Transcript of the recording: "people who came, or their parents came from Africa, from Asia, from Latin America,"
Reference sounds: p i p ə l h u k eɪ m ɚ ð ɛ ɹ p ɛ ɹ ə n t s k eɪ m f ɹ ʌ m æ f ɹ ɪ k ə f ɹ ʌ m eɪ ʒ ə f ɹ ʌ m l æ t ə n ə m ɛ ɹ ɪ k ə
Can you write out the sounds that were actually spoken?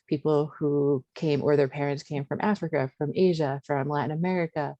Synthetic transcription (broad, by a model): p i p l h u k eɪ m ɚ ð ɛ ɹ p ɛ ɹ ə n t s k eɪ m f ɹ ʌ m æ f ɹ ɪ k ə f ɹ ʌ m eɪ ʒ ə f ɹ ʌ m l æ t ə n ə m ɛ ɹ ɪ k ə